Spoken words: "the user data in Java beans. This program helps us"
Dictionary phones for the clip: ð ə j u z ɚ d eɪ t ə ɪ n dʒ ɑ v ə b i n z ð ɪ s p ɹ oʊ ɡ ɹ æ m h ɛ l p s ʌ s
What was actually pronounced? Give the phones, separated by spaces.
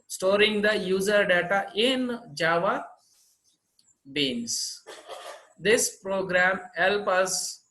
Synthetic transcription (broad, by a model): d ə j u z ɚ d eɪ t ə ɪ n dʒ ɑ v ə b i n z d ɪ s p ɹ oʊ ɡ ɹ æ m h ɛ l p ʌ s